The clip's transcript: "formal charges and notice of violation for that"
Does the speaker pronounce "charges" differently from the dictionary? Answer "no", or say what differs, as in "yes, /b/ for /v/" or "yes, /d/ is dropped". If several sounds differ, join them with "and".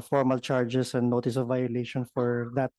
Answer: yes, /s/ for /z/